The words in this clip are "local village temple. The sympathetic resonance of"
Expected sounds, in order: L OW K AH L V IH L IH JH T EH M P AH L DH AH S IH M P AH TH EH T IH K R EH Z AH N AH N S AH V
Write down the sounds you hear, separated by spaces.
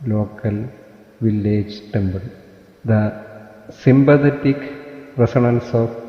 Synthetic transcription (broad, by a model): L OW K AH L V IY L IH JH T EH M B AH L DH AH S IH M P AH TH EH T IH K R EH S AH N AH N S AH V